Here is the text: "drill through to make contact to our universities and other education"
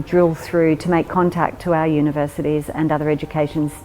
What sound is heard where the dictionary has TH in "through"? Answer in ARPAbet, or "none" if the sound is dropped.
TH